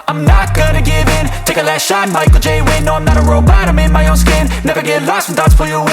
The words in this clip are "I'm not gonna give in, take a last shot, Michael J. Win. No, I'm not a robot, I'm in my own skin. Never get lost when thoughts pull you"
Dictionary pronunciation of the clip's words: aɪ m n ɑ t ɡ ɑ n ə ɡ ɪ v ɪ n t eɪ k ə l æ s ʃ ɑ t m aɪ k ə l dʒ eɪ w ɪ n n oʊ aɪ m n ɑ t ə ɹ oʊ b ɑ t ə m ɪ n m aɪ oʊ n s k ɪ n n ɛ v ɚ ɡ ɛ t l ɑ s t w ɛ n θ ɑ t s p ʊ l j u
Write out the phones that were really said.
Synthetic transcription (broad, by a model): aɪ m n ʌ t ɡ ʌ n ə ɡ ɪ v ɪ n t eɪ k ə l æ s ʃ ɑ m m aɪ k l dʒ eɪ w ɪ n n oʊ aɪ m n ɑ t ə ɹ oʊ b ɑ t ə m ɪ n m aɪ oʊ n s k ɪ n n ɛ v ɚ ɡ ɛ t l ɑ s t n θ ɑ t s f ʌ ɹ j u